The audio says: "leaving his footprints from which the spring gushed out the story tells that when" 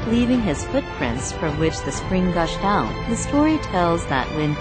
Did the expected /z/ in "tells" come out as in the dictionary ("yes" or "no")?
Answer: yes